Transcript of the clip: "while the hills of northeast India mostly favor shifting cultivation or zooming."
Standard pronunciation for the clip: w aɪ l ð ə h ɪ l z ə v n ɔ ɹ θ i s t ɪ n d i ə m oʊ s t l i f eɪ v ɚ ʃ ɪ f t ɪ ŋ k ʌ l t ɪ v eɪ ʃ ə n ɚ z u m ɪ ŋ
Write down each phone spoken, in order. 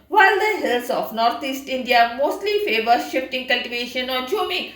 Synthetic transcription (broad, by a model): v aɪ l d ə h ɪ l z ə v n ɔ ɹ t i s t ɪ n d i ə m oʊ s t l i f eɪ v ɚ ʃ ɪ f t ɪ ŋ k ʌ l t ɪ v eɪ ʃ ə n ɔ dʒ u m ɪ